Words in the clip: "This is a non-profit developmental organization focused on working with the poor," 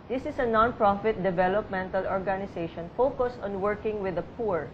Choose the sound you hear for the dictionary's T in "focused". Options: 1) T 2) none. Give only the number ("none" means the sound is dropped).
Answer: 1